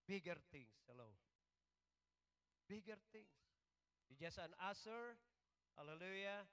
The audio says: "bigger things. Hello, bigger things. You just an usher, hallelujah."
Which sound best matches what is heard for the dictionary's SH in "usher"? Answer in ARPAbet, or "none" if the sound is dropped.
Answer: S